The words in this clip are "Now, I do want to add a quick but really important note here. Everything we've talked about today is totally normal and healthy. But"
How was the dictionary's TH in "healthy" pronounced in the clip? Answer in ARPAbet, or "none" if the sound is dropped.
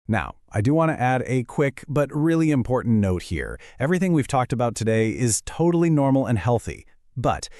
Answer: TH